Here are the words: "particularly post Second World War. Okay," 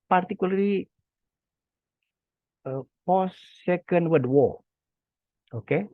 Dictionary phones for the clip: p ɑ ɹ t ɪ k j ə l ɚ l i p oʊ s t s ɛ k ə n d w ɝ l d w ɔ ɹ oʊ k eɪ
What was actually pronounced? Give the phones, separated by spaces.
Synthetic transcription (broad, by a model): p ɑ ɹ t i k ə l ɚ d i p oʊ s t s ɛ k ə n d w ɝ d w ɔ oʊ k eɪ